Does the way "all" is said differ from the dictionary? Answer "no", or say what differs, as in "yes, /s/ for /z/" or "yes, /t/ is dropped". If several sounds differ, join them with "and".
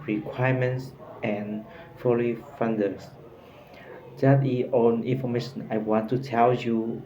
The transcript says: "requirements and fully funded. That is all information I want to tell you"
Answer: yes, /n/ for /l/